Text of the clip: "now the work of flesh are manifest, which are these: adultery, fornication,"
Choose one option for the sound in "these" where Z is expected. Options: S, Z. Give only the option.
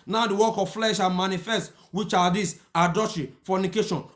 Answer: S